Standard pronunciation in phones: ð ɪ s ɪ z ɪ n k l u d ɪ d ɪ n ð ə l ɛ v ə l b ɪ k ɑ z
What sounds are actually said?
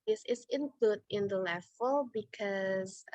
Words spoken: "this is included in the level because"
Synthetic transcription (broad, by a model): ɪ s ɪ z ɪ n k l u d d ɪ n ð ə l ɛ f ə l b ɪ k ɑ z